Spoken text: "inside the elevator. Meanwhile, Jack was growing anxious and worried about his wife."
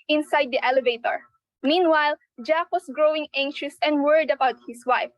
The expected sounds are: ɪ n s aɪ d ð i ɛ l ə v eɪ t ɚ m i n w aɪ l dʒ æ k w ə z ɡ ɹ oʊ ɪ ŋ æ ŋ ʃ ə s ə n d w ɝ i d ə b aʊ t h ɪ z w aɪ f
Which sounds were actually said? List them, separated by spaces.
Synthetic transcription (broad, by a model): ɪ n s aɪ d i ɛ l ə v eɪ t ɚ m i n w aɪ l dʒ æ k w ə s ɡ ɹ oʊ ɪ ŋ æ ŋ ʃ ə s ə n d w ɝ i d ə b aʊ t h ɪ s w aɪ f